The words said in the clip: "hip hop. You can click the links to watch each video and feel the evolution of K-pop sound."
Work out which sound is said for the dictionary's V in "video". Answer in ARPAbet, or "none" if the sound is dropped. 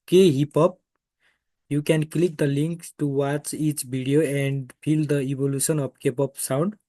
B